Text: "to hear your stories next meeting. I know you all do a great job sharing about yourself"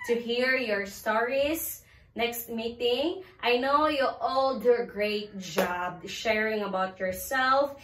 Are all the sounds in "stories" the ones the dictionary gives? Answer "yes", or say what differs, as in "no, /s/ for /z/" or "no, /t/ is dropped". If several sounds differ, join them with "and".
no, /s/ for /z/